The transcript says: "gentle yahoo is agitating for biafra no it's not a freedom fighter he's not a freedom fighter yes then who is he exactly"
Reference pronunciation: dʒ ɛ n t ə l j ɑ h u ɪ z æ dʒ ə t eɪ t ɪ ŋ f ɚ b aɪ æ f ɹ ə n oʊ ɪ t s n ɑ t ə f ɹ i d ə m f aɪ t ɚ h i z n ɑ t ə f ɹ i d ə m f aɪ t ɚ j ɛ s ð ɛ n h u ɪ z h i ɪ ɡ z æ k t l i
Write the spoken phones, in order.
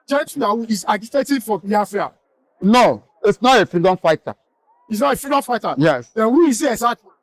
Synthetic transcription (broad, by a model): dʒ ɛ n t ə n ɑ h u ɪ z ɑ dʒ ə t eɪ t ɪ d f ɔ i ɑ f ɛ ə n oʊ ɪ t s n ɑ t ə f ɹ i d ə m f aɪ t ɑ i s n ɑ t ə f ɹ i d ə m f aɪ t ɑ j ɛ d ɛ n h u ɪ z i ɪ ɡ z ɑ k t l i